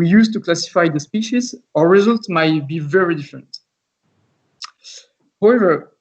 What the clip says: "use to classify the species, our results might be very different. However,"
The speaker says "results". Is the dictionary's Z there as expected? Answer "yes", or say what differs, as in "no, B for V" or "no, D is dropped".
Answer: yes